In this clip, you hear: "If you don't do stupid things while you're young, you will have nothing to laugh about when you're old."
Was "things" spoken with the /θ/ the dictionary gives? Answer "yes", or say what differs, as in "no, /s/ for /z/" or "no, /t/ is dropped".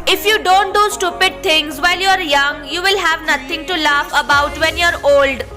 no, /t/ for /θ/